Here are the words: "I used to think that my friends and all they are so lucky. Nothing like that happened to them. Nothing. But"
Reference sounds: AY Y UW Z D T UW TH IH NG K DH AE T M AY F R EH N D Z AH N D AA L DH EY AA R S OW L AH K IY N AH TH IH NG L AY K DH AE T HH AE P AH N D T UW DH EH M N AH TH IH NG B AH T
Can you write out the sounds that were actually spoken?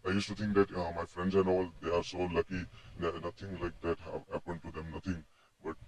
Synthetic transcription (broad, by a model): AY Y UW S T UW T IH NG K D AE T M AY F R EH N D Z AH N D AA L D EY AA R S OW L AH K IY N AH T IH NG L AY K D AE T HH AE P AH N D T UW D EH M N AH T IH NG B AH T